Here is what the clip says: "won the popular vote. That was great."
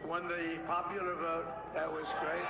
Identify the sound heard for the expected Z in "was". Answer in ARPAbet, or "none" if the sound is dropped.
Z